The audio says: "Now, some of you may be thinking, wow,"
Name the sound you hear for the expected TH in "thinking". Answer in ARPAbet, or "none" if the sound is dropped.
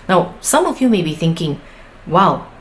TH